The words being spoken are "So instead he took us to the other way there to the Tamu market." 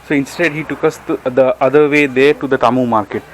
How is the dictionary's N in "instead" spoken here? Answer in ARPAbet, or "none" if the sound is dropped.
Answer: N